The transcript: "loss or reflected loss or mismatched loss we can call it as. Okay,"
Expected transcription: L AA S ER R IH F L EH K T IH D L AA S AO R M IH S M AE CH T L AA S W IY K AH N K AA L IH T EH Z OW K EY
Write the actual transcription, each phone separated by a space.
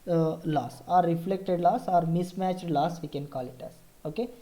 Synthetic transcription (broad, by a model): L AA S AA R IH F L EH K T IH D L AA S AO R M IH S M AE CH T L AA S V IY K AH N K AA L IH T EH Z OW K EY